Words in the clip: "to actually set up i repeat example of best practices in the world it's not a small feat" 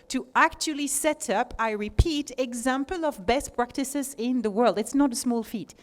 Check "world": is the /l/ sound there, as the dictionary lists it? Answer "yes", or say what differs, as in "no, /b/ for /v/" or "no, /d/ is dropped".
yes